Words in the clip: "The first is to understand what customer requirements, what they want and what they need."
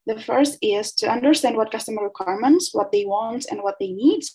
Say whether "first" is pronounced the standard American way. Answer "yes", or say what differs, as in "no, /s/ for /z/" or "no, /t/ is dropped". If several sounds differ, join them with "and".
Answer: yes